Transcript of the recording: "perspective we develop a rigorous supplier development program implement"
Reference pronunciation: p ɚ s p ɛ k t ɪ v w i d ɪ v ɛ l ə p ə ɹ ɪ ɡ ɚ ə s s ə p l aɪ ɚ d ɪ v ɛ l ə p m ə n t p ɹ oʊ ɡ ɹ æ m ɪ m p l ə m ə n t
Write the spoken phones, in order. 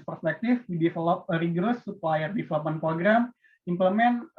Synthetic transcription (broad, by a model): p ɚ s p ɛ k t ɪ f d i d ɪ f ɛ l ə p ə ɹ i ɡ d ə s s ə p l aɪ ɚ d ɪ f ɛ l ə p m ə n p ɹ oʊ ɡ ɹ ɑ m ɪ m p l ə m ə n